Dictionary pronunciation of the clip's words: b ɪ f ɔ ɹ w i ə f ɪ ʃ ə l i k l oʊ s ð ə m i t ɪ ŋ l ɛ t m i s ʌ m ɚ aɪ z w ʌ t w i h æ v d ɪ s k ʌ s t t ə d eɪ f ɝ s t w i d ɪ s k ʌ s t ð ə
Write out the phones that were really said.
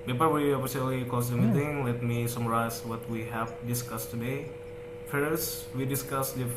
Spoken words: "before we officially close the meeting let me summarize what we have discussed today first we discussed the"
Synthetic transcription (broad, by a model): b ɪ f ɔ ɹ w i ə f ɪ s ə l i k oʊ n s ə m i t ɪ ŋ l ɛ t m i s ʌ m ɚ aɪ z w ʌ t w i h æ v d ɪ s k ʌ s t t ə d eɪ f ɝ s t w i d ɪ s k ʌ s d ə